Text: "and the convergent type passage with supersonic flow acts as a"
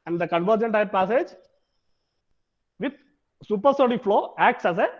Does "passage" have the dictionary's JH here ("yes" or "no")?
yes